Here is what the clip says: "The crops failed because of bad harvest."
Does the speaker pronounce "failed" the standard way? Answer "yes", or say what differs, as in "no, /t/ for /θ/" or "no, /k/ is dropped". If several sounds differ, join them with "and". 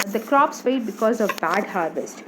no, /l/ is dropped